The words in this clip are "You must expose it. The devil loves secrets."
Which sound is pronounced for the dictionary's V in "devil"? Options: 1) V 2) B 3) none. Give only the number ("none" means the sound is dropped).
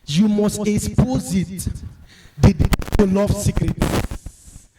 3